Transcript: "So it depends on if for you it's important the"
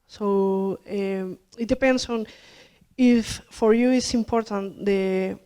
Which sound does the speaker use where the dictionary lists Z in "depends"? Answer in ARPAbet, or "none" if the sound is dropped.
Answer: S